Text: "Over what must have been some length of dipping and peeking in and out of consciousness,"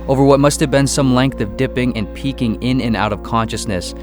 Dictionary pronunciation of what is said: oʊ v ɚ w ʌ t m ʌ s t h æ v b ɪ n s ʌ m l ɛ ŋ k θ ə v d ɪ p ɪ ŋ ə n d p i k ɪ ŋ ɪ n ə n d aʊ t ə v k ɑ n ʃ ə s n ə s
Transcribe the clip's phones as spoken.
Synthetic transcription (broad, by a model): oʊ v ɚ w ʌ t m ʌ s t h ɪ v b ɪ n s ʌ m l ɛ ŋ k θ ə v d ɪ p ɪ ŋ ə n p i k ɪ ŋ ɪ n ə n aʊ t ə v k ɑ n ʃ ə s n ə s